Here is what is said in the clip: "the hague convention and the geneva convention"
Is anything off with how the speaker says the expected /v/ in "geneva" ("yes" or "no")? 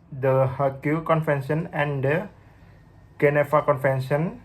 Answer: yes